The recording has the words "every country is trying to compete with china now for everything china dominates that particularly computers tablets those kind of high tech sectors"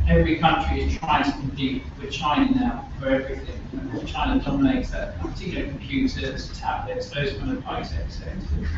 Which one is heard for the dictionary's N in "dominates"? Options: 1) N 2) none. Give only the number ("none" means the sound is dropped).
2